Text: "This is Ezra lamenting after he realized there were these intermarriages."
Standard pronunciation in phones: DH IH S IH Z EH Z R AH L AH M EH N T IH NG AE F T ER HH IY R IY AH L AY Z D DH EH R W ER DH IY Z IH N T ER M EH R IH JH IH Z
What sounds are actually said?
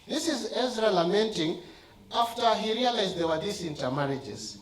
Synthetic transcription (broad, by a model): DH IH S IH Z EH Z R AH L AH M EH N T IH NG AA F T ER HH IY R IY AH L AY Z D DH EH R W ER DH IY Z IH N T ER M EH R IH JH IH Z